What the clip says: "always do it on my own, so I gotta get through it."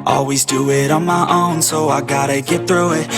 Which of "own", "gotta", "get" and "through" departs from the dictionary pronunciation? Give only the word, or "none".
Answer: none